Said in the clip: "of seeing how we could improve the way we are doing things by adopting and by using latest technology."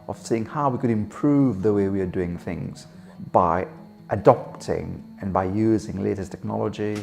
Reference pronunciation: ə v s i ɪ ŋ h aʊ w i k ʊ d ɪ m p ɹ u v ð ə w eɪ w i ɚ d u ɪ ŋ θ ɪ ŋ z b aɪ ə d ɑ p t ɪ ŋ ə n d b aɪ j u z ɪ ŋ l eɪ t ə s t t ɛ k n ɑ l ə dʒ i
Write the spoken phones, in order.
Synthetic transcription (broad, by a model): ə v s i ɪ ŋ h aʊ w i k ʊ d ɪ m p ɹ u v ð ə w eɪ w i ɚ d u ɪ ŋ θ ɪ ŋ z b aɪ ə d ɑ p t ɪ ŋ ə n b aɪ j u z ɪ ŋ l eɪ t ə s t t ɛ k n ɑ l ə dʒ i